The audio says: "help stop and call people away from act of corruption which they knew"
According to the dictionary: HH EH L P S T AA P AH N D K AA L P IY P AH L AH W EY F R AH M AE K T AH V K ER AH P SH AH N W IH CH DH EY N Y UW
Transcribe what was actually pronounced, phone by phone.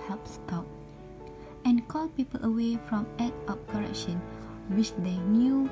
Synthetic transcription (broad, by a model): HH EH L P S T AA P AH N K AA L P IY P AH L AH W EY F R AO M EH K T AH P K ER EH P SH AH N W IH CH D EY N Y UW